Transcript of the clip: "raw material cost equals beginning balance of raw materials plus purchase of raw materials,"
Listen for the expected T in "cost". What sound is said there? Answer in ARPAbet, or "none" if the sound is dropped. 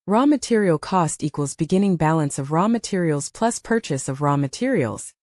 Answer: T